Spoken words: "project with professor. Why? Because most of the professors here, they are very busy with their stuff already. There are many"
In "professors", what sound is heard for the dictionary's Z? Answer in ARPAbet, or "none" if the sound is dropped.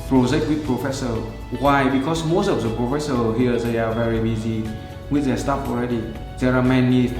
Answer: none